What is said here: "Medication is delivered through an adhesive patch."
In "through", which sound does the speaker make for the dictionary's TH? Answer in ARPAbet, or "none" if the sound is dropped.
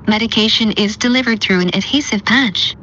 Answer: TH